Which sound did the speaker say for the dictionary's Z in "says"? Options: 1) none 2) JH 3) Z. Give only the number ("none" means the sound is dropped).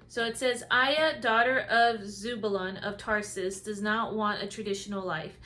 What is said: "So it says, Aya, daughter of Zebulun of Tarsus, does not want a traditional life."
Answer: 3